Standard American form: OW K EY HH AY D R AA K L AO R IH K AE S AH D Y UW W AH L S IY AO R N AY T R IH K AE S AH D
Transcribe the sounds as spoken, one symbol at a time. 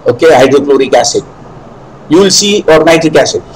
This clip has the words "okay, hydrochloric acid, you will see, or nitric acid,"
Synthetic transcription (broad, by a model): OW K EY HH AY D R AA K L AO R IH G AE S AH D Y UW L S IY AO R N AY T IH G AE S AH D